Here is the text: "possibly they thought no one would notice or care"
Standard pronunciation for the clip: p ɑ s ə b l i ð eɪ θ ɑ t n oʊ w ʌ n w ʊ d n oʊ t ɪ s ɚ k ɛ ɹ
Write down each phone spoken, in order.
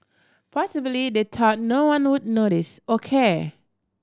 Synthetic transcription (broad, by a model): p ɑ s ə b l i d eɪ t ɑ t n oʊ w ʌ n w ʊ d n oʊ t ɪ s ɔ k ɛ